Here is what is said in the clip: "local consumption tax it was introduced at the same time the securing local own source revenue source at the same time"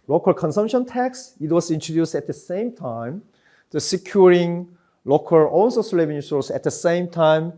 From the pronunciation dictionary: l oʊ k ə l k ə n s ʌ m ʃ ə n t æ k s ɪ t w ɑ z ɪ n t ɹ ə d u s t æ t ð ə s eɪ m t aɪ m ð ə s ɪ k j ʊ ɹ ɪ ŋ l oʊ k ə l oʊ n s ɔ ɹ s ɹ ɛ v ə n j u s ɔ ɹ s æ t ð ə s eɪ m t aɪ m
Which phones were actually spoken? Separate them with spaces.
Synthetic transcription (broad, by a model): l oʊ k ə l k ə n s ʌ m ʃ ə n t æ k s ɪ t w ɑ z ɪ n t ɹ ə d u s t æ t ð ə s eɪ m t aɪ m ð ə s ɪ k j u ɹ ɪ ŋ l oʊ k ə l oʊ l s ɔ s l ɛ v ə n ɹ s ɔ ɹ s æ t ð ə s eɪ m t aɪ m